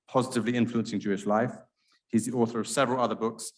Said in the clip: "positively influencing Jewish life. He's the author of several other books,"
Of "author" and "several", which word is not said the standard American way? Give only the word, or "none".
none